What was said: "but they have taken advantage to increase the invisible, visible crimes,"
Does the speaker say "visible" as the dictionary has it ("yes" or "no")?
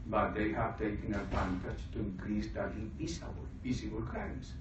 no